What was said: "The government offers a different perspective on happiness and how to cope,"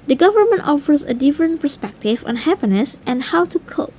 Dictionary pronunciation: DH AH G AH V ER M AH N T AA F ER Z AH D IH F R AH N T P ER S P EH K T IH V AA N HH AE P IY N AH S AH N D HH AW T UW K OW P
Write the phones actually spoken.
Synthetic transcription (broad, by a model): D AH G AH V ER M AH N T AA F ER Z AH D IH F R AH N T P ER S P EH K T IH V AA N HH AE P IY N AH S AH N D HH AW T UW K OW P